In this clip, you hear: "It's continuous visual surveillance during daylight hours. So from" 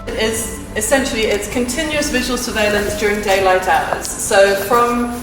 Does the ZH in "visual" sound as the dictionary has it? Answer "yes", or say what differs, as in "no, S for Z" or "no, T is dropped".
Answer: yes